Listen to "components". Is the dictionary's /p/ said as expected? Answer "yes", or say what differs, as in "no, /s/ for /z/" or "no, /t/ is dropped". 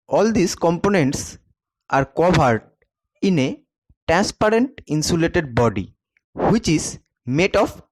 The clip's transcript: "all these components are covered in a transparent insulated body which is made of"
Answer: yes